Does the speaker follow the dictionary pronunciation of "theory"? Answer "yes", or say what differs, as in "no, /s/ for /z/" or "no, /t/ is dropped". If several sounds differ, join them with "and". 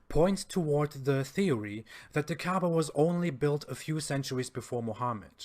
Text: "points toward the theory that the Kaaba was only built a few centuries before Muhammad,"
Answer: yes